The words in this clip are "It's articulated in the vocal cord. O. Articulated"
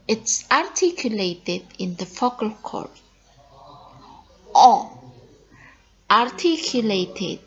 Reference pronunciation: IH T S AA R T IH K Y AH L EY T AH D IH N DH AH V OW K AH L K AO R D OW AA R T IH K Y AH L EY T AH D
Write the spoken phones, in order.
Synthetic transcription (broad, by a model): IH T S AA R T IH K Y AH L EY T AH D IH N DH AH F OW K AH L K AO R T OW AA R T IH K Y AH L EY T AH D